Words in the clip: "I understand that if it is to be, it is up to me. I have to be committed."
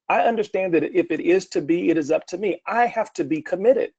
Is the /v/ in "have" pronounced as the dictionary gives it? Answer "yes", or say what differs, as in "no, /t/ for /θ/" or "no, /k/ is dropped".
no, /f/ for /v/